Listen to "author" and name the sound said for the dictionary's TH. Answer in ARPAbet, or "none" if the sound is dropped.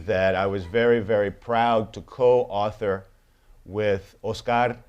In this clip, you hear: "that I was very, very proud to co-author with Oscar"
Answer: TH